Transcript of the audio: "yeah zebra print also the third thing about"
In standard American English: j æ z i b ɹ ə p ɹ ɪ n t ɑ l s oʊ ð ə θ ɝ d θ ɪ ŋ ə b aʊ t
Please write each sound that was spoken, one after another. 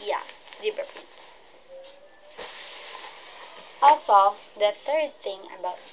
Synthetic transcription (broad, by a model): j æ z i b ə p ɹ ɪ t ɑ l s oʊ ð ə θ ɝ d θ ɪ ŋ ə b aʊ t